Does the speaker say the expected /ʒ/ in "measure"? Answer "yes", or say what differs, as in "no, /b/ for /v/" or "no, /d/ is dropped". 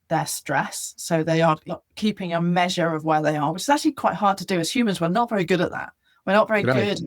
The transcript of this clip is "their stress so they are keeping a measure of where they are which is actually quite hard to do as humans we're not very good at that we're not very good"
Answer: yes